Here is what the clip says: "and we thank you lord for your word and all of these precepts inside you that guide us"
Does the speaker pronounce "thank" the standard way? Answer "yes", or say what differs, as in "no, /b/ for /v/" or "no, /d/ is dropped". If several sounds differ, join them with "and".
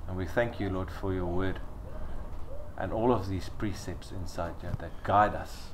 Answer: yes